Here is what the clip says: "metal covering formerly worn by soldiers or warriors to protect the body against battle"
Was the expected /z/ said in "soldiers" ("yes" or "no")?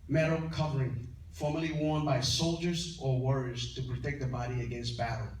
yes